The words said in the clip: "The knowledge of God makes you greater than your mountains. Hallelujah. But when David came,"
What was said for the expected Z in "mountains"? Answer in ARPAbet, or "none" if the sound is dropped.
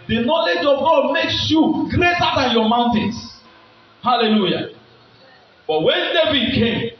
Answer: S